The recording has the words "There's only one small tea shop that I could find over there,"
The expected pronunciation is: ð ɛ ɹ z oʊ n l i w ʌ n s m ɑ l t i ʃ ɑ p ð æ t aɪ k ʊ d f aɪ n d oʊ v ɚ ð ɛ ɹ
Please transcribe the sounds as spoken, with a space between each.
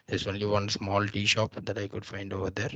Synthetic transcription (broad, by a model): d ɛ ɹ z oʊ n l i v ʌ n s m ɑ l t i ʃ ɑ p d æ t aɪ k ʊ d f aɪ n d oʊ v ɚ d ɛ ɹ